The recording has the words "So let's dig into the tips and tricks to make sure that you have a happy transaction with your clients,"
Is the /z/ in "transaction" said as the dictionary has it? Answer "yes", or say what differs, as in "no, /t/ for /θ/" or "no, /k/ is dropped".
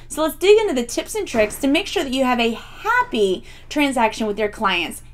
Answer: yes